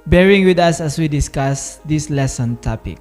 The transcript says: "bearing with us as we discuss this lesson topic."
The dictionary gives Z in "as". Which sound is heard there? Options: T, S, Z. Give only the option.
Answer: S